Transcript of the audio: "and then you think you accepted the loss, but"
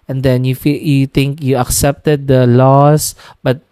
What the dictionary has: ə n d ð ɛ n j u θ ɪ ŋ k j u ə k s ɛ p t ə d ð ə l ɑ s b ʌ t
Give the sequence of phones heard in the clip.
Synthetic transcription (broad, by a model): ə n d ɛ n j u t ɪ ŋ k j u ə k s ɛ p t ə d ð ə l ɑ s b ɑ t